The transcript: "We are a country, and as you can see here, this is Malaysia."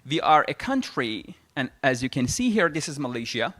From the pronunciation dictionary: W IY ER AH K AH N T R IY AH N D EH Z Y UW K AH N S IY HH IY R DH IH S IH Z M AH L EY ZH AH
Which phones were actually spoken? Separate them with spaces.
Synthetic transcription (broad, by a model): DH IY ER AH K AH N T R IY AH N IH Z Y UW K AH N S IY HH IY R DH IH S IH Z M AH L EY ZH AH